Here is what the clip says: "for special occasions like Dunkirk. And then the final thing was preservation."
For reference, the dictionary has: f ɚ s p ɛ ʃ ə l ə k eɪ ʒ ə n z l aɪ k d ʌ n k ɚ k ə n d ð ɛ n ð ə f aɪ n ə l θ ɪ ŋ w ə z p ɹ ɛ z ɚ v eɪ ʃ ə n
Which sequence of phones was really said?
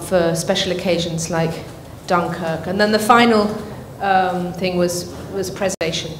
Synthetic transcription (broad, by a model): f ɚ s p ɛ ʃ ə l ə k eɪ ʒ ə n z l aɪ k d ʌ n k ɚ k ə n ð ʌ n ð ə f aɪ n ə l θ ɪ ŋ w ə z p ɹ ɛ z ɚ v eɪ ʃ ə n